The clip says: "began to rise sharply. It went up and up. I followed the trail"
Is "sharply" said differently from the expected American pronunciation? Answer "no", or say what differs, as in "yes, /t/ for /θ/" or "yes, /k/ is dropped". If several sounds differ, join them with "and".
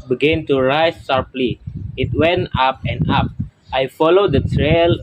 no